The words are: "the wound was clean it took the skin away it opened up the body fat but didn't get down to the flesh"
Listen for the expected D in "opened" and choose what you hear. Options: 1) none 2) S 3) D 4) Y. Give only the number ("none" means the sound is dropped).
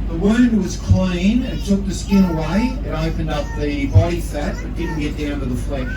3